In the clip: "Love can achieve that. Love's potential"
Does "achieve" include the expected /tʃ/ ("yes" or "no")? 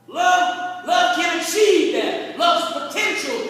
no